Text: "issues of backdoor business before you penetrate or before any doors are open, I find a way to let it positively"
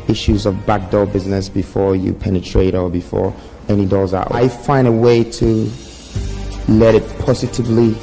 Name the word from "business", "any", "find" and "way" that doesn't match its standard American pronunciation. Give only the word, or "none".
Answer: none